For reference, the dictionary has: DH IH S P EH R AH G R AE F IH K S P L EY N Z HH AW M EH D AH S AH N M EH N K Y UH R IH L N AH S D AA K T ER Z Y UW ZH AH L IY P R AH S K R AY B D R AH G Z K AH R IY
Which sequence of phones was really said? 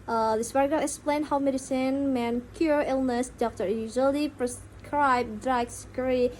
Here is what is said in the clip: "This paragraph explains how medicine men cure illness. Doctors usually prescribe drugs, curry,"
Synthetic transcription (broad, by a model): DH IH S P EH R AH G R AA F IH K S P L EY N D HH AW M EH D AH S AH N M EH N K Y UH R IH L N AH S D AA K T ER Y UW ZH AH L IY P R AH S K R AY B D R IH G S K R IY